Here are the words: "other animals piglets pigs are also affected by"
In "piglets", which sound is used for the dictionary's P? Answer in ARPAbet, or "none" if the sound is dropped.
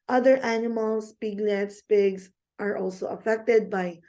P